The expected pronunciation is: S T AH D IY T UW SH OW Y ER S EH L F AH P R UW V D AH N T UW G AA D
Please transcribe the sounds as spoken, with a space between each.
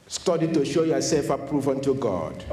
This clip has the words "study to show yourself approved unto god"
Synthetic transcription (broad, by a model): S T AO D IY T UW SH OW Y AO S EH L F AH P R UW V AH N T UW G AA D